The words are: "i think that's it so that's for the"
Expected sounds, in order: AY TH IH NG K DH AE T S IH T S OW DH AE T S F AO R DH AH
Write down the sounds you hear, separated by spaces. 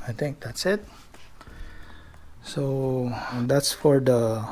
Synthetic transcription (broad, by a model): AY T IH NG K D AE T S IH T S OW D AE T S F AO R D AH